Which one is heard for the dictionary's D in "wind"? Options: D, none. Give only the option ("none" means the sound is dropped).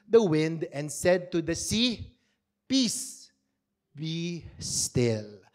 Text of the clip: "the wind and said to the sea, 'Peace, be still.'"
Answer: D